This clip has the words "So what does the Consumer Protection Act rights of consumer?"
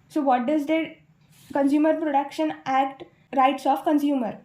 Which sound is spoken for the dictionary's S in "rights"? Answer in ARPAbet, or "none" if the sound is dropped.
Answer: S